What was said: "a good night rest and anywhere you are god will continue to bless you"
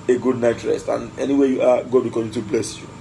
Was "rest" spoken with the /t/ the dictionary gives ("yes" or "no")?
yes